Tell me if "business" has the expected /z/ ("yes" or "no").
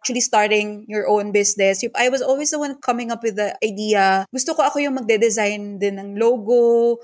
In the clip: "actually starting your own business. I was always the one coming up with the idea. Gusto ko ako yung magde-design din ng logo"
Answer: no